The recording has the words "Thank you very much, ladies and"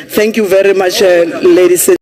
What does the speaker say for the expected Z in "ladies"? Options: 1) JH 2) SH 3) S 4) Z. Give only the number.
3